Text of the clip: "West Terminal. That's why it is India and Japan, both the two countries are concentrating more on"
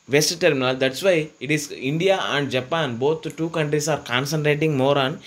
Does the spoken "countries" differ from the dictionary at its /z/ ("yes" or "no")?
yes